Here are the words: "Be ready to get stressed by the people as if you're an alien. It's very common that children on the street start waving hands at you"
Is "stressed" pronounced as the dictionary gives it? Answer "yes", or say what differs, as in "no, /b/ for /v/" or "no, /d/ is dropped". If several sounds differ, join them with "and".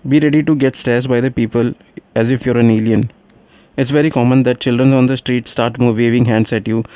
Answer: no, /ɹ/ is dropped